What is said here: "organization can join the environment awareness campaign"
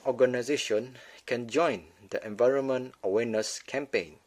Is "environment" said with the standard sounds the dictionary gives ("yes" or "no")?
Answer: yes